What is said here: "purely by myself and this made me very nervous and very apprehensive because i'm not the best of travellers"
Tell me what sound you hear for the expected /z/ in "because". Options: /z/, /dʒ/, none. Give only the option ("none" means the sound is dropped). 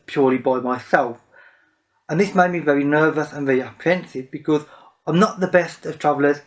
/z/